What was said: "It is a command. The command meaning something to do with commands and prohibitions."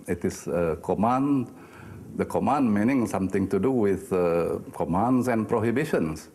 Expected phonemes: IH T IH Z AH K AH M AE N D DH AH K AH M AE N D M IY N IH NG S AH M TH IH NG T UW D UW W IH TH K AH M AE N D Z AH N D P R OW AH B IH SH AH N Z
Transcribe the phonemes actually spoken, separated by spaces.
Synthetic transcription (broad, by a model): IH T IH S AH K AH M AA N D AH K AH M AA N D M IY N IH NG S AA M T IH NG T UW D UW W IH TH K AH M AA N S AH N P R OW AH B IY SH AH N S